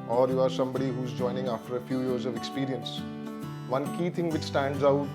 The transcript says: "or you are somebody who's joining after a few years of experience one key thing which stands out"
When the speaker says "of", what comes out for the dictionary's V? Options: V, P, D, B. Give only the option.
V